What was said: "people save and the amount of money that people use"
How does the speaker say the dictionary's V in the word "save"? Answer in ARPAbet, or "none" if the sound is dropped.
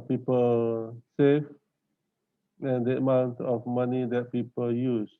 F